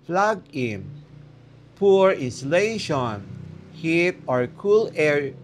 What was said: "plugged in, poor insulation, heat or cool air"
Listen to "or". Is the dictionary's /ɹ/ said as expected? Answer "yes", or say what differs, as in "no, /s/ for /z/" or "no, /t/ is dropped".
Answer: yes